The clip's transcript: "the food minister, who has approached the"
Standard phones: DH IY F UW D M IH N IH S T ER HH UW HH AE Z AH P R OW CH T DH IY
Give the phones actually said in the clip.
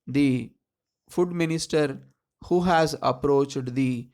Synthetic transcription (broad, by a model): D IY F UW D M IH N IH S T ER HH UW HH AE Z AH P R OW CH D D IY